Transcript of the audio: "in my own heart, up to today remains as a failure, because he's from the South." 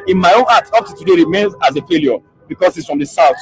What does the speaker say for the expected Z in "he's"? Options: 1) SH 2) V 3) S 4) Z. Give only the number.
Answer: 3